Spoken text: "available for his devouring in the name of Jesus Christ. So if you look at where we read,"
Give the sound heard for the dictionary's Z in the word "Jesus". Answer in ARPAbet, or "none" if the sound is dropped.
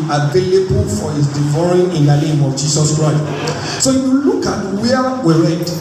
S